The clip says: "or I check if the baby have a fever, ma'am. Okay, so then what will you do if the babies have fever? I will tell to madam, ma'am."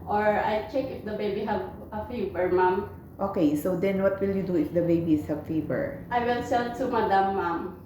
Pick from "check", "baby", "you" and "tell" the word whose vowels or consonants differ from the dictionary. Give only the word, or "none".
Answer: tell